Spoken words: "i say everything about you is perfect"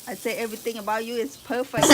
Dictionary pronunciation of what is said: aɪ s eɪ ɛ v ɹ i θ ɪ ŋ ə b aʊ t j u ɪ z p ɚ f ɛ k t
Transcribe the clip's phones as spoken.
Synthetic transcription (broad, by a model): aɪ s eɪ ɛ v ɹ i t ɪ ŋ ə b aʊ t j u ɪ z p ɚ f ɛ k